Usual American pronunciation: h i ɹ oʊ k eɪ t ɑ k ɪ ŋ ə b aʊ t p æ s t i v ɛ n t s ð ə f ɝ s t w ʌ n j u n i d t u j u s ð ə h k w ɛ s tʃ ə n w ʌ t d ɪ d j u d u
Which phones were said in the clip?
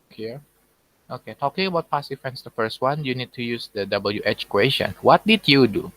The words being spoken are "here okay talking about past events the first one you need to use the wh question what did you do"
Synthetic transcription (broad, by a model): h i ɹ oʊ k eɪ t ɑ k ɪ ŋ ə b aʊ t p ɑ s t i f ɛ n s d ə f ɝ s t w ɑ n j u n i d t u j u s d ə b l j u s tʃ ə n w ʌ t d ɪ d j u d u